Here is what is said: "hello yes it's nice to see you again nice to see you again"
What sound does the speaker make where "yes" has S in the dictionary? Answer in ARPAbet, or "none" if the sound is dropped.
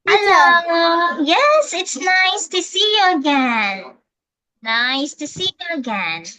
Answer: S